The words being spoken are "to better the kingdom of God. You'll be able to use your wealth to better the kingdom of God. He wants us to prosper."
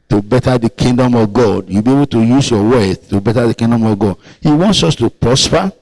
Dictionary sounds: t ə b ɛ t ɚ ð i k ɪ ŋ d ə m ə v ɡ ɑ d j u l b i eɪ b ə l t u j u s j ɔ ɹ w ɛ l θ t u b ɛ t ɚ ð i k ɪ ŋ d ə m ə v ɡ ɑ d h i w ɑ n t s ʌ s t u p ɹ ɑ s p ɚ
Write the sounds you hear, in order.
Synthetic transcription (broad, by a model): t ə b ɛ t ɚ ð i k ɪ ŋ d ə m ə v ɡ ɑ d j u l b i eɪ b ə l t u j u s j ɔ w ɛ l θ t u b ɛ t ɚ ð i k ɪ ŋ d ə m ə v ɡ ɑ d h i w ɑ n t s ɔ s t u p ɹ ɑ s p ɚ